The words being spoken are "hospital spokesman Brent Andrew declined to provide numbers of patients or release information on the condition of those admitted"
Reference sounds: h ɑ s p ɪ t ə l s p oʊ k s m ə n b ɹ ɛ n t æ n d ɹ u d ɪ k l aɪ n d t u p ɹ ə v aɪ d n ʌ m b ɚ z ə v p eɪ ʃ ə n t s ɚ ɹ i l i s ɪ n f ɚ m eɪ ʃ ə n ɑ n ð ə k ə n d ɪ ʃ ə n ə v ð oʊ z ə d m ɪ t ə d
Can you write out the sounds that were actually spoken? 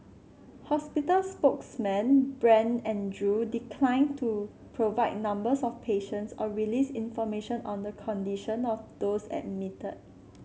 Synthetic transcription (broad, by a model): h ɑ s p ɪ t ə l s p oʊ k s m ə n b ɹ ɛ n ɛ n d ɹ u d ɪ k l aɪ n t u p ɹ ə v aɪ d n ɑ m b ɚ s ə f p eɪ ʃ ə n t s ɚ ɹ i l i s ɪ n f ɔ m eɪ ʃ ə n ɑ n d ə k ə n d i ʃ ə n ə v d oʊ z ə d m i t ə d